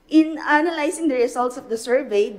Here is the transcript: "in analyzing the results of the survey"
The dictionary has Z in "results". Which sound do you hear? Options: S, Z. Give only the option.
S